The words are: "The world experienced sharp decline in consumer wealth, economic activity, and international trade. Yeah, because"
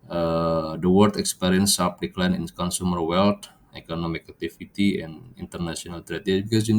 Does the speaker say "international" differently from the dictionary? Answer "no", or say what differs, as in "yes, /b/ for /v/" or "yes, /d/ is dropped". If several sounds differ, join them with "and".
yes, /s/ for /ʃ/